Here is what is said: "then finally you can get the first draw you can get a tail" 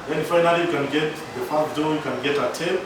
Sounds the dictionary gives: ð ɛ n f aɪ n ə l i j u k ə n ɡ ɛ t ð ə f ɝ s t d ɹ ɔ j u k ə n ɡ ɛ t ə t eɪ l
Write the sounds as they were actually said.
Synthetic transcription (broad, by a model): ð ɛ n f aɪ n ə l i j u k ə n ɡ ɛ t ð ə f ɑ t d ɔ j u k ə n ɡ ɛ t ə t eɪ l